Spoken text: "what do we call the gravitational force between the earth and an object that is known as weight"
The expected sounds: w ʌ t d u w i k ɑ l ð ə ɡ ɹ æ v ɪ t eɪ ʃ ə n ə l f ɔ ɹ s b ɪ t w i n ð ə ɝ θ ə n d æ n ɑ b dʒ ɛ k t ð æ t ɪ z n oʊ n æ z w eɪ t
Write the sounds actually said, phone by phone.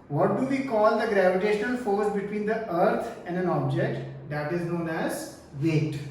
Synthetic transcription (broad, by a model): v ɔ t d u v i k ɑ l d ə ɡ ɹ æ v ɪ t eɪ ʃ ə n ə l f ɔ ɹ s b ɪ t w i n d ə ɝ t ə n d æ n ɑ b dʒ ɛ k t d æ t ɪ z n oʊ n æ z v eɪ t